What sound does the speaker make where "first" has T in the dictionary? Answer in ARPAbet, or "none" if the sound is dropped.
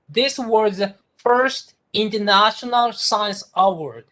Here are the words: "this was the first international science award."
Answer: T